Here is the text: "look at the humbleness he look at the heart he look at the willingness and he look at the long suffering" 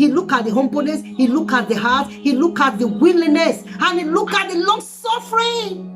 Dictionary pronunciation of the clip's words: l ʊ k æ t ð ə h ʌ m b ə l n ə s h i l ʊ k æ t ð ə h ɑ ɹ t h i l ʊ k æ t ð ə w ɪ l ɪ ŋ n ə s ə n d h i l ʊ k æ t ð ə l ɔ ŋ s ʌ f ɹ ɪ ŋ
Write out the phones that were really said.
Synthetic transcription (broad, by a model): l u k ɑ t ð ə h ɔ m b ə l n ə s h i l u k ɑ t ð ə h ɑ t h i l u k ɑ t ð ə w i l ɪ n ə s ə n h i l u k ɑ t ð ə l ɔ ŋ s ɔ f ɹ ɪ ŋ